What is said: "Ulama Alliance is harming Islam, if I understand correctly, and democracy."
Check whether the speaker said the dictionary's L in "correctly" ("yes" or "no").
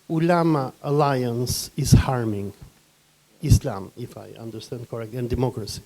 no